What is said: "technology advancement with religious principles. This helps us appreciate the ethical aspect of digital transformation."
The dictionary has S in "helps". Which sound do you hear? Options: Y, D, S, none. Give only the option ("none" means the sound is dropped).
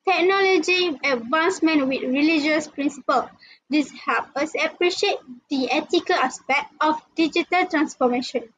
none